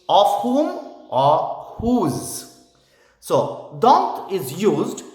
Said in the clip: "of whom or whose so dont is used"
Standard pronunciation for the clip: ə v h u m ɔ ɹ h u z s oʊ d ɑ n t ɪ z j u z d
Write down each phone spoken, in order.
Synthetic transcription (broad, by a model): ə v h u m ɔ ɹ h u z s oʊ d ɑ n t ɪ z j u z d